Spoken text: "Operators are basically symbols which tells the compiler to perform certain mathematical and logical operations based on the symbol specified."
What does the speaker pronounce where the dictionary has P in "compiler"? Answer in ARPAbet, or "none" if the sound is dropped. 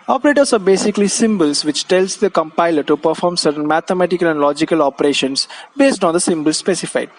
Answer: P